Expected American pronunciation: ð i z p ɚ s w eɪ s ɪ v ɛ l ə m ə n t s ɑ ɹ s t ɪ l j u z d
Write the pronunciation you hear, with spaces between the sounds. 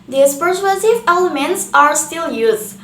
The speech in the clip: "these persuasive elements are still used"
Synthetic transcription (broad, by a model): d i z p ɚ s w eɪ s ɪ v ɛ l ə m ə n t s ɑ ɹ s t ɪ l j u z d